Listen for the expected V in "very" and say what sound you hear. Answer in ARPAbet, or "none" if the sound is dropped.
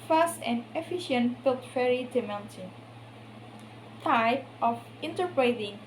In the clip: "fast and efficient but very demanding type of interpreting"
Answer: F